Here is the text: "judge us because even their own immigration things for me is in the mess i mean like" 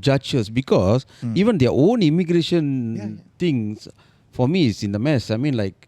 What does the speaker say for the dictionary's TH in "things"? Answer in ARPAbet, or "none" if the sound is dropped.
T